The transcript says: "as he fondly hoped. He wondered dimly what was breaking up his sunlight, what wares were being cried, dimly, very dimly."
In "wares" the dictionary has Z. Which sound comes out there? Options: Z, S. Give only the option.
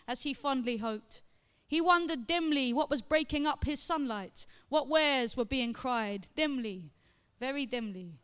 Z